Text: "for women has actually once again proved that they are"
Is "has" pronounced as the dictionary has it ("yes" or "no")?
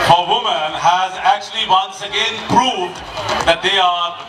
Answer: yes